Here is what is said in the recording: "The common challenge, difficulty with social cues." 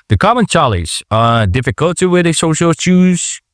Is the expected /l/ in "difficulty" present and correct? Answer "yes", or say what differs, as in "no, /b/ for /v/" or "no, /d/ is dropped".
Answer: yes